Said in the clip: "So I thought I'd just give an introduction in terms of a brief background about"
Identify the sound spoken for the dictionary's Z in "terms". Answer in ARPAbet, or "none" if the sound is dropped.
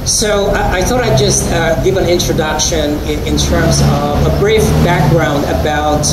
Z